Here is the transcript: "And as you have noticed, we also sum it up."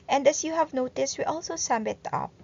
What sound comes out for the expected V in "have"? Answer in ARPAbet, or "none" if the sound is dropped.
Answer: V